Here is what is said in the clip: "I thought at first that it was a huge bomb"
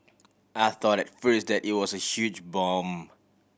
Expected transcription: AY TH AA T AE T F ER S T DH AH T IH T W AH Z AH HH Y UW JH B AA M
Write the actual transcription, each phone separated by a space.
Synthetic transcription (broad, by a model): AY TH AA T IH T F ER S T DH AH T IH T W AH Z AH HH Y UW JH B AA M